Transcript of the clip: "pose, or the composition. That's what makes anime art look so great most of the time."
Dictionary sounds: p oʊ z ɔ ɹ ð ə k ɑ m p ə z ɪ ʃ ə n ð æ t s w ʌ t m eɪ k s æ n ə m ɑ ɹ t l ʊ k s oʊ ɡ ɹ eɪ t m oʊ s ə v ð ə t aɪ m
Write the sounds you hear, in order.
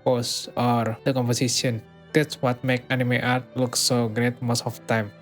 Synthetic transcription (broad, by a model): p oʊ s ɔ ɹ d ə k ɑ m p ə s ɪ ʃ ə n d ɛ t s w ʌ t m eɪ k ɑ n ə m ɑ ɹ t l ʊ k s oʊ ɡ ɹ eɪ t m oʊ s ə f t aɪ m